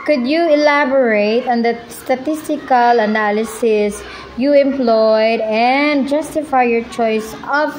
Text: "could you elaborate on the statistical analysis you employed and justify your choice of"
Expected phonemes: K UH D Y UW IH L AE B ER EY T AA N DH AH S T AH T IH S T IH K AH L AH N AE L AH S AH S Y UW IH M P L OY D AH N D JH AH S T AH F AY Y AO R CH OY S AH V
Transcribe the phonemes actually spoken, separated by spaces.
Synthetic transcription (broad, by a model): K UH D Y UW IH L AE B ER EY T AA N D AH S T AH T IH S T IH K AH L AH N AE L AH S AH S Y UW IH M P L OY D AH N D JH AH S T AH F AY Y AO R CH OY S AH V